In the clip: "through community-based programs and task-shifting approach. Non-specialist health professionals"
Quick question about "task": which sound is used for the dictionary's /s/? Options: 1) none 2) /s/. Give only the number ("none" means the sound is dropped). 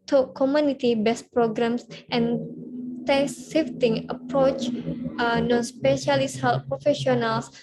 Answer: 1